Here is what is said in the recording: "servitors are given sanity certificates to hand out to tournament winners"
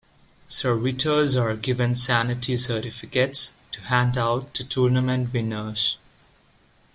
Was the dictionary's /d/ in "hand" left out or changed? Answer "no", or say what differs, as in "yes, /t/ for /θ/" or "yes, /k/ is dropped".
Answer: no